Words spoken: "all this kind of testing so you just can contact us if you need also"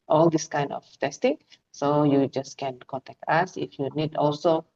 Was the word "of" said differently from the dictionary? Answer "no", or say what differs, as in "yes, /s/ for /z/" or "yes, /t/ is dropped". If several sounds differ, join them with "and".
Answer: yes, /f/ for /v/